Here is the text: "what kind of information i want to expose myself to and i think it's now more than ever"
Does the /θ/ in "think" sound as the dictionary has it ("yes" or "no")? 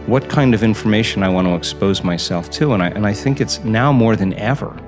yes